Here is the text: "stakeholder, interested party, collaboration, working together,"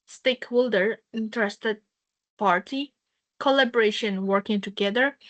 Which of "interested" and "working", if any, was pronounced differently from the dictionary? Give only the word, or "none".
none